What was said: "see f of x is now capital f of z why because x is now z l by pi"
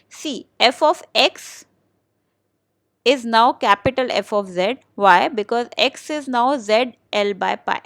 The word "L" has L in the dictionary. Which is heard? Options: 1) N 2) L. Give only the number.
2